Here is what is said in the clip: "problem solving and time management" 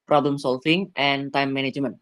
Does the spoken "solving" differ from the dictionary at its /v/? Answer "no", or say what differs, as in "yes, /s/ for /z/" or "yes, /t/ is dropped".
yes, /f/ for /v/